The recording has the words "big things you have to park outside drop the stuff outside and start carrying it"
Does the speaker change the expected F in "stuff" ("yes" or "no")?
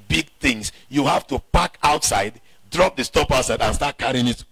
yes